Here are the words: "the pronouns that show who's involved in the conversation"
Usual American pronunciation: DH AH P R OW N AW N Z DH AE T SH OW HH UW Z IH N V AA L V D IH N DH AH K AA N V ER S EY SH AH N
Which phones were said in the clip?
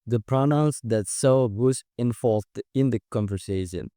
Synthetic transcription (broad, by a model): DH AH P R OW N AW N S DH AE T S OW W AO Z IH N F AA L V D IH N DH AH K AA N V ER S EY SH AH N